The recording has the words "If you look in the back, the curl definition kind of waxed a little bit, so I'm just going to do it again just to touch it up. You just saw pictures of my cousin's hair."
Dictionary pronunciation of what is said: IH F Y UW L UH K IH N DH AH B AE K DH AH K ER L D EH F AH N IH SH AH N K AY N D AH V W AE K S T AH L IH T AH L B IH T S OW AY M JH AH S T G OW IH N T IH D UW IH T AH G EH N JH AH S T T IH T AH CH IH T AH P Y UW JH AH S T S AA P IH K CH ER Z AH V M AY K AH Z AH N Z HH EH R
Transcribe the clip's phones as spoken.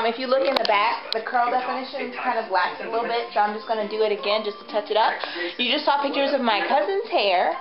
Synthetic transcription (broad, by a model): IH F Y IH L UH K IH N DH AH B AE K DH AH K ER L D EH F AH N IH SH AH N K AY N D AH V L AE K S AH L IH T L B IH T S OW AY M JH AH S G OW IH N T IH D IH T AH G EH N JH AH S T T IH T AH CH IH T AH P Y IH JH AH S T S AA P IH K CH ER Z AH V M AY K AH Z AH N Z HH EH R